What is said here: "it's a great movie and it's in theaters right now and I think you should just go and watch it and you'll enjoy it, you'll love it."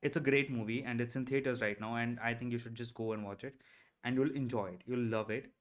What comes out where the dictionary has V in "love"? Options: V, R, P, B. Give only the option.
V